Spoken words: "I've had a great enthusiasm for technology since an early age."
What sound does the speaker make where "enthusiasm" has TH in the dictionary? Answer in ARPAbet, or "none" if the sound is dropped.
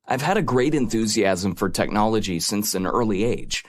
TH